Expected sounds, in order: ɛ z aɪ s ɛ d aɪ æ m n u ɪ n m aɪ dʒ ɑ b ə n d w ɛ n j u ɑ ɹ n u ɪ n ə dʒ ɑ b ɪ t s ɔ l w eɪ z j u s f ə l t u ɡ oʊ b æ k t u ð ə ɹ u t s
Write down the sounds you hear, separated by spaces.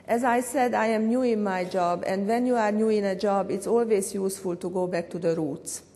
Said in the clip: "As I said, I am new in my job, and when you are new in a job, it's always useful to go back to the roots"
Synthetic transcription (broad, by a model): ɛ z aɪ s ɛ d aɪ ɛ m n u ɪ n m aɪ dʒ ɑ b ə n d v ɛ n j u ɑ ɹ n u ɪ n ə dʒ ɑ b ɪ t s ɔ l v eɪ s j u s f ə l t u ɡ oʊ b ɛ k t u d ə ɹ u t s